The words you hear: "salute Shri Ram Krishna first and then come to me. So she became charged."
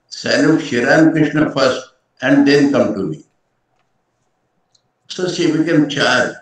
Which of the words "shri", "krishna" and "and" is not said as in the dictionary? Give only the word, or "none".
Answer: shri